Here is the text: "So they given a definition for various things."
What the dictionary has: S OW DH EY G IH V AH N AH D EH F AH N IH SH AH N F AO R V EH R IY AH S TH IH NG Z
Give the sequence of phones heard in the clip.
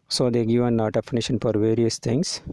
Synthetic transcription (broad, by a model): S OW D EY G IH V AH N AH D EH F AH N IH SH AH N F AO R V EH R IY AH S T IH NG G